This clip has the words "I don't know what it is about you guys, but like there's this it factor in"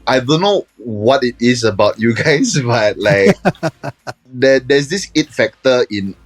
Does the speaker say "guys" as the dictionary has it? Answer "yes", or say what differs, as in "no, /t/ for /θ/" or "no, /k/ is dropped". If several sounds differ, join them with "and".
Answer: no, /s/ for /z/